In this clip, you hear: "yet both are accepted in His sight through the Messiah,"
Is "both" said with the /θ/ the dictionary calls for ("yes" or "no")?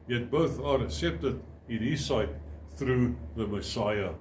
yes